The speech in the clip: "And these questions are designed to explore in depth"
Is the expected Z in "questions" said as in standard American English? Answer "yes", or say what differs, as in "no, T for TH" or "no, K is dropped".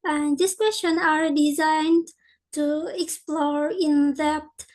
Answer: no, Z is dropped